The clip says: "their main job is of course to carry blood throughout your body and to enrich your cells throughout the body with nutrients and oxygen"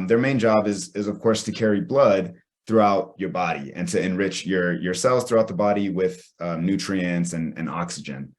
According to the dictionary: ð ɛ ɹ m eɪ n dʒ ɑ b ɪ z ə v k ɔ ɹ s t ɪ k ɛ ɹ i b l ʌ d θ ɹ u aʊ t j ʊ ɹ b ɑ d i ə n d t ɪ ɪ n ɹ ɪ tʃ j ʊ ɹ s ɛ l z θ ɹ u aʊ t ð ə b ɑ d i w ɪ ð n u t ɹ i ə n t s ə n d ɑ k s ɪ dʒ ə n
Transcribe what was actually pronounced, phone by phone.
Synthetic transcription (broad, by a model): ð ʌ ɹ m eɪ n dʒ ɑ b ɪ z ə v k ɔ ɹ s t ɪ k ɛ ɹ i b l ʌ d θ ɹ u aʊ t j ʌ ɹ b ɑ d i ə n t ɪ ɪ n ɹ ɪ tʃ j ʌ ɹ s ɛ l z θ ɹ u aʊ t ð ə b ɑ d i w ɪ ð n u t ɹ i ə n t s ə n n ɑ k s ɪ dʒ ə n